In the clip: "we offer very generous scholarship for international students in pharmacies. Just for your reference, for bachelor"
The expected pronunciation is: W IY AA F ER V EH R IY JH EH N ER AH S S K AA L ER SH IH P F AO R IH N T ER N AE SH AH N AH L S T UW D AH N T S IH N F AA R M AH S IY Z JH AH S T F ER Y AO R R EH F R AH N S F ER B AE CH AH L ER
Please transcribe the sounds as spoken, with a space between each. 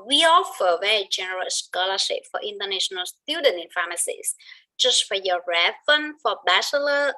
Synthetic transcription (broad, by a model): W IY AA F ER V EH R JH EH N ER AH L S K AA L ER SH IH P F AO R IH N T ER N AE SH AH N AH L S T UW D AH N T IH N F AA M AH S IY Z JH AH S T F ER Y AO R R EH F AH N F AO B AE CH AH L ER